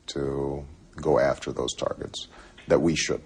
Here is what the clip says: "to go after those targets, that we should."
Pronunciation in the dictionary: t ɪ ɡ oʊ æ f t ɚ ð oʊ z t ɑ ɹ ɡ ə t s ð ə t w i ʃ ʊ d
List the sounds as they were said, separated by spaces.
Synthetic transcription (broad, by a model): t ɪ ɡ oʊ æ f t ɚ ð oʊ z t ɑ ɹ ɡ ə t s ð ə t w i ʃ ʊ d